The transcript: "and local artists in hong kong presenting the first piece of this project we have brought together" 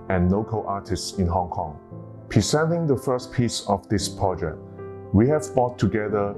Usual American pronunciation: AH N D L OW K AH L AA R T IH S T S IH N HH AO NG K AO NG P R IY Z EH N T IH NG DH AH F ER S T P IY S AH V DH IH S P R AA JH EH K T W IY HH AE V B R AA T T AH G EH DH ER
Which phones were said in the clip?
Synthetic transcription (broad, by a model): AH N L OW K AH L AA T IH S T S IH N HH AO NG K AO NG P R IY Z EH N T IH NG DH AH F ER S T P IY S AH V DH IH S P R AA JH EH K T W IY HH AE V B AA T T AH G EH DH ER